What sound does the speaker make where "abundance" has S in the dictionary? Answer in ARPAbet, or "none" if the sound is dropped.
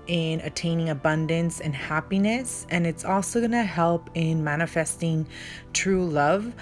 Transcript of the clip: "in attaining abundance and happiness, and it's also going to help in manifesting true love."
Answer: S